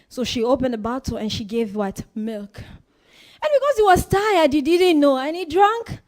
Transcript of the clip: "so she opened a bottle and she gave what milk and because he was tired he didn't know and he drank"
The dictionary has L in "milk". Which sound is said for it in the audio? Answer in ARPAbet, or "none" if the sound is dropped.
L